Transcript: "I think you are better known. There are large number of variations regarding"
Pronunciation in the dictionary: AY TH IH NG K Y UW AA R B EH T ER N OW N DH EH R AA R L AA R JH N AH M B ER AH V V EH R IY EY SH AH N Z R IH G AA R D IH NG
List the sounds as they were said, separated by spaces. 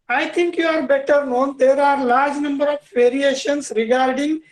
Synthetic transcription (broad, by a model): AY T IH NG K Y UW AA R B EH T ER N OW N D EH R AA R L AA R JH N AH M B ER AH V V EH R IY EY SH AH N S R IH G AA R D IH NG